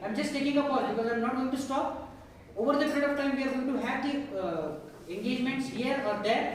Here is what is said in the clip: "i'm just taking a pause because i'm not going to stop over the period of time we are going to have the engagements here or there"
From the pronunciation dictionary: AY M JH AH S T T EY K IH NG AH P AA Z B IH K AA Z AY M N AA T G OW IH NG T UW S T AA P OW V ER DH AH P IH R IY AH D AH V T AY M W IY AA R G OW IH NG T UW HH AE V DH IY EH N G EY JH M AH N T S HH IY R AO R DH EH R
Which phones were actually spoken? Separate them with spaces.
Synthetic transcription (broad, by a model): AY M JH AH S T T EY K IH NG AH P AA B IH K AA Z AY M N AA T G OW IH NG T UW S T AA P OW V ER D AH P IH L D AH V T AY M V IY AA R G OW IH NG T UW HH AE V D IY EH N G EY JH M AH N T S HH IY R AO R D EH R